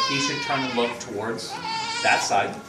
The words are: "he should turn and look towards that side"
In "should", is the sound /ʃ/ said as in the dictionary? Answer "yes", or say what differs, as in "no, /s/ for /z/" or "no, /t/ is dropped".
no, /s/ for /ʃ/